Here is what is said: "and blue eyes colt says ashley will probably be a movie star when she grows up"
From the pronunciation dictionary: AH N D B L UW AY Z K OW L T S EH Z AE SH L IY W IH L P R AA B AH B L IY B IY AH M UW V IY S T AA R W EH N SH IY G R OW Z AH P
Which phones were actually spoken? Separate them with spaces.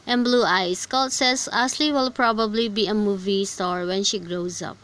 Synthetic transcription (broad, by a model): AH N B L UW AY S K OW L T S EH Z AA S L IY W IH L P R AA B AH B L IY B IY AH M UW V IY S T AA R W EH N SH IY G R OW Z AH P